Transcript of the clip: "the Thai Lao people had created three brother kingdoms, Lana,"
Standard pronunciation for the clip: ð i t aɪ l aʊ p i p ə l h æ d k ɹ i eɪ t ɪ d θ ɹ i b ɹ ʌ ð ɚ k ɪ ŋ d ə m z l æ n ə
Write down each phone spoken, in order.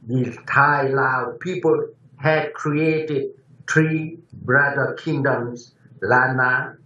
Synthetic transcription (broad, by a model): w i t aɪ l aʊ p i p ə l h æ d k ɹ i eɪ t ɪ d t ɹ i b ɹ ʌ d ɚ k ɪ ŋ d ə m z l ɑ n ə